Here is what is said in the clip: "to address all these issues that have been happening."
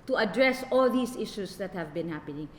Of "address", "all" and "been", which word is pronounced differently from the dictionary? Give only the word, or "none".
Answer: none